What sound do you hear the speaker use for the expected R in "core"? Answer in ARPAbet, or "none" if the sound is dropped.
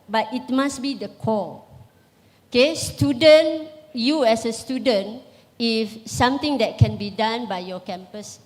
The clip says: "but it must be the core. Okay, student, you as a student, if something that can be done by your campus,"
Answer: L